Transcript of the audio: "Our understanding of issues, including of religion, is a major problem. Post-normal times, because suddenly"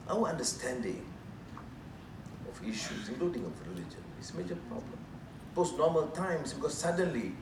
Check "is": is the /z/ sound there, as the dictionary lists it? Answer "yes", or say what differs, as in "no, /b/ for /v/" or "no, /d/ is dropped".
no, /s/ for /z/